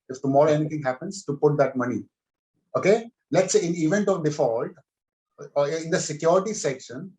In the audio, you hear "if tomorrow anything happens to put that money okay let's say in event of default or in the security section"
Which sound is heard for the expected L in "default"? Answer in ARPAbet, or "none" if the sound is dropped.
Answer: L